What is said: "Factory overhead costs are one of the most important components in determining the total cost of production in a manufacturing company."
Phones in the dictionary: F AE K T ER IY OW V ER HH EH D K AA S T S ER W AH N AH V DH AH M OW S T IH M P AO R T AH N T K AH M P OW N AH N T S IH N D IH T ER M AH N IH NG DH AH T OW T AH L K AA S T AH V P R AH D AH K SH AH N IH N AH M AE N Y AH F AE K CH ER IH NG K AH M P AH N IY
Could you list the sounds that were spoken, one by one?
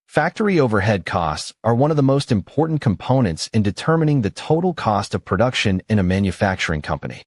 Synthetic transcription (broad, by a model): F AE K T ER IY OW V ER HH EH D K AA S T S ER W AH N AH V DH AH M OW S T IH M P AO R T N K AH M P OW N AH N T S IH N D IH T ER M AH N IH NG DH AH T OW T L K AA S T AH V P R AH D AH K SH AH N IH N AH M AE N Y AH F AE K CH ER IH NG K AH M P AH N IY